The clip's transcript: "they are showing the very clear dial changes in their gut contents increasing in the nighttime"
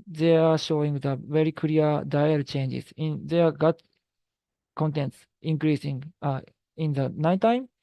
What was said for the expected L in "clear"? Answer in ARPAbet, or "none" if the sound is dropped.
none